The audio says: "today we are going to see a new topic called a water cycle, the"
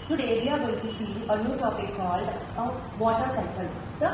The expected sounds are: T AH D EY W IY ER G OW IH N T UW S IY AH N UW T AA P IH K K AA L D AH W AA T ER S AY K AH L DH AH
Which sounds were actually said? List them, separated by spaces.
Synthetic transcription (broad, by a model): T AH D EY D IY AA G OW IH N T UW S IY AH N UW T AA P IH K K AA L D AH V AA T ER S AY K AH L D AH